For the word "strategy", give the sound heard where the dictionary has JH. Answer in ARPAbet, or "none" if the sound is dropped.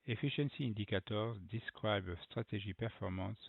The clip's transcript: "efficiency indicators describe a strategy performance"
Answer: ZH